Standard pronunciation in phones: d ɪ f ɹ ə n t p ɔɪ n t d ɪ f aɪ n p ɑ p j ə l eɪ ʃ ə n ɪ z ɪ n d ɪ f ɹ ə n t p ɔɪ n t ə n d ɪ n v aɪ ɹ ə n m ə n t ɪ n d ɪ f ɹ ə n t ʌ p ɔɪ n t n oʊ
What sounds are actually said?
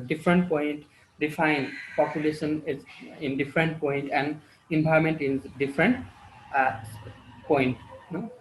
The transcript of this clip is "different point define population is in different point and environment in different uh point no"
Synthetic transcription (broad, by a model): d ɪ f ɹ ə n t p ɔɪ n t d ɪ f aɪ n p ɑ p j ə l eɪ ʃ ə n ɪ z ɪ n d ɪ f ɹ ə n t p ɔɪ n t ə n d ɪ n b aɪ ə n m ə n t ɪ n d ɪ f ɹ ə n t p ɔɪ n t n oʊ